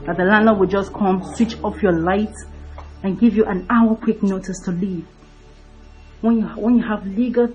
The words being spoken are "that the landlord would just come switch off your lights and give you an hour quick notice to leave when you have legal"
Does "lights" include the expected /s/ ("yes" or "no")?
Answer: no